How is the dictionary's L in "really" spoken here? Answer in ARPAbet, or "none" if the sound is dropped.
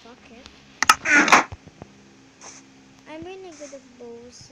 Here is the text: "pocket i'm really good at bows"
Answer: N